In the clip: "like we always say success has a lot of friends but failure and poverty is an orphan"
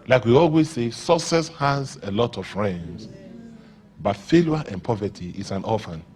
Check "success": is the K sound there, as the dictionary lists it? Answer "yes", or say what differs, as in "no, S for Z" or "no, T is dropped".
no, K is dropped